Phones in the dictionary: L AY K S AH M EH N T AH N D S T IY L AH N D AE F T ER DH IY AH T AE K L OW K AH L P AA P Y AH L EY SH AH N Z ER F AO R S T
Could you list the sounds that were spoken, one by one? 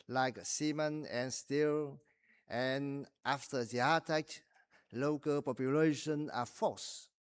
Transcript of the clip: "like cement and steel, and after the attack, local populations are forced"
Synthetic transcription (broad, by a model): L AY K S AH M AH N AH N S T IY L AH N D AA F T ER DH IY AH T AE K L OW K AH L P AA P Y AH L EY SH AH N ER F AO S